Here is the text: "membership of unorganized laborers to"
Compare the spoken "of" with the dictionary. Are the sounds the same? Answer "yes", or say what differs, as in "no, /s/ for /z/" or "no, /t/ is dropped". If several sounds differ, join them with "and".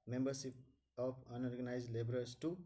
no, /p/ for /v/